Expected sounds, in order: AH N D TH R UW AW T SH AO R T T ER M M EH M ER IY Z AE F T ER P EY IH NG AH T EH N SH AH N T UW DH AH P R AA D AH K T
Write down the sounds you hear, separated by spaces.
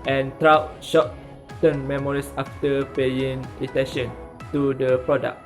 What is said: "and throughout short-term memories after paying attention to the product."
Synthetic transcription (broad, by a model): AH N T R AW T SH AO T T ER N M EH M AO IY S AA F T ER P EY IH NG AH T EH N SH AH N T UW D AH P R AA D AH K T